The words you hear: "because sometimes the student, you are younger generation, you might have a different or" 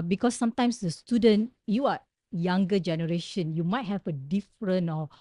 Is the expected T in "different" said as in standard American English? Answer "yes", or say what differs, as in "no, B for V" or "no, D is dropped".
no, T is dropped